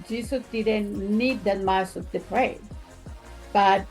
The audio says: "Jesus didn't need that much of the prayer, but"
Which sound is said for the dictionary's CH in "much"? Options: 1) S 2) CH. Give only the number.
1